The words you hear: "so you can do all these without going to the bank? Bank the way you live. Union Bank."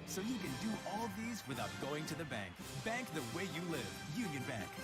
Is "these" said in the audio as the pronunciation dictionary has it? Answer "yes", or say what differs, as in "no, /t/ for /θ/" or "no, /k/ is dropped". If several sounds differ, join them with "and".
yes